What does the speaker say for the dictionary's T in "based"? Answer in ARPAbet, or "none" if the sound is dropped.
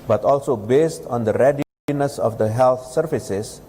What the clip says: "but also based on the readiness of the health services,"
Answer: T